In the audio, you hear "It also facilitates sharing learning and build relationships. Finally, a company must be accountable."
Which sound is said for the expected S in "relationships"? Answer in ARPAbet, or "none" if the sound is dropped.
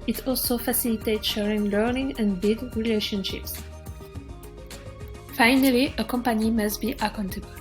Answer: S